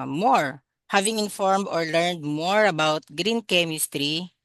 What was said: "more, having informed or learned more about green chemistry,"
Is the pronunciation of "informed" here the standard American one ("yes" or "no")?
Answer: yes